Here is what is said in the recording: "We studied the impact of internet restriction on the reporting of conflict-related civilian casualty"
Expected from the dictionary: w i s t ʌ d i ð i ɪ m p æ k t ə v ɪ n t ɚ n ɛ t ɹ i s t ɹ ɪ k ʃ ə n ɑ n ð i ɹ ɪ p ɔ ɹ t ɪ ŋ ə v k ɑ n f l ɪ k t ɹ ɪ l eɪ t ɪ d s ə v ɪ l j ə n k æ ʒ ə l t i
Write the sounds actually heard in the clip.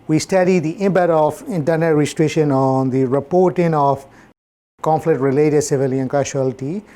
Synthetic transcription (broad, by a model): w i s t ʌ d i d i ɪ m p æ t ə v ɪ n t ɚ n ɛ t ɹ i s t ɹ ɪ k ʃ ə n ɑ n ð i ɹ ɪ p ɔ ɹ t ɪ ŋ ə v k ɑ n f l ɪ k t ɹ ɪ l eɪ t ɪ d s ə v ɪ l j ə n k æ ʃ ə l t i